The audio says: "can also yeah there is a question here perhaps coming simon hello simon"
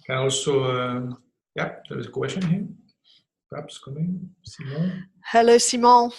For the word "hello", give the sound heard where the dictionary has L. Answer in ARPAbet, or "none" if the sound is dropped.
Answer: L